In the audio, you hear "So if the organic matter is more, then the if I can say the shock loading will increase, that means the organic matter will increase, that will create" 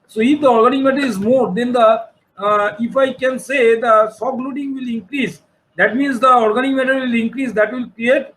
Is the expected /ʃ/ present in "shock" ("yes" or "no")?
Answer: no